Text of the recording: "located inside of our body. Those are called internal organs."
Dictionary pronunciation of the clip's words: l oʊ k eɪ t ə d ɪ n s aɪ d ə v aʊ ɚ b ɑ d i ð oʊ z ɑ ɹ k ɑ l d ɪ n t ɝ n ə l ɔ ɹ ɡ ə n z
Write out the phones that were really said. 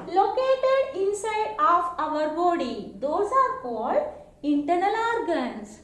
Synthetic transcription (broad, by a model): l oʊ k eɪ t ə d ɪ n s aɪ d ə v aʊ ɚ b ɑ d i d oʊ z ɑ ɹ k ɑ l d ɪ n t ɝ n ə l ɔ ɹ ɡ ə n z